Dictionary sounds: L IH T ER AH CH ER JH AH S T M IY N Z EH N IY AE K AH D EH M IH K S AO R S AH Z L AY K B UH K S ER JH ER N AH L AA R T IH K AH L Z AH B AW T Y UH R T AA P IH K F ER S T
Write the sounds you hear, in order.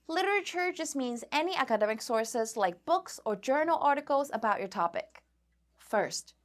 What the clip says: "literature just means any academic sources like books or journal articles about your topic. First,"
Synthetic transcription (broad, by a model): L IH T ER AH CH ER JH AH S T M IY N Z EH N IY AE K AH D EH M IH K S AO R S AH Z L AY K B UH K S ER JH ER N L AA R T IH K L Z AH B AW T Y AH R T AA P IH K F ER S T